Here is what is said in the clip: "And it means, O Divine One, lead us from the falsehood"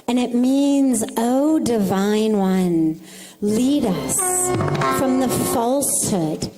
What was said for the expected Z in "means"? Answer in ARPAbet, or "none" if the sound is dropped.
Z